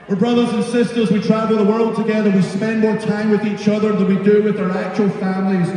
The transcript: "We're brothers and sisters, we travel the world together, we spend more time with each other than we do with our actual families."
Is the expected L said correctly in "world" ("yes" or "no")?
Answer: yes